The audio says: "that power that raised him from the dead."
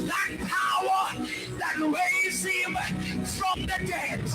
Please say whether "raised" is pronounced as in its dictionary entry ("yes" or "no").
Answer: no